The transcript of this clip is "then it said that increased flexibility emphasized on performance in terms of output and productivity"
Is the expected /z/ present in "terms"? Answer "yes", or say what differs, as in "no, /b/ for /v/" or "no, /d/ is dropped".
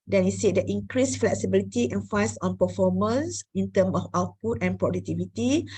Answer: no, /z/ is dropped